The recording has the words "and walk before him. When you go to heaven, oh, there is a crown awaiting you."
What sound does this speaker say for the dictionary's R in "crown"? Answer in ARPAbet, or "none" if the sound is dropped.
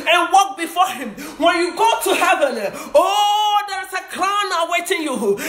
L